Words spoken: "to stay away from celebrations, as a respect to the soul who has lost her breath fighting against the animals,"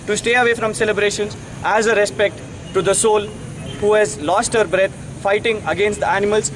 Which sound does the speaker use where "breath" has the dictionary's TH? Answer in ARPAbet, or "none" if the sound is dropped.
T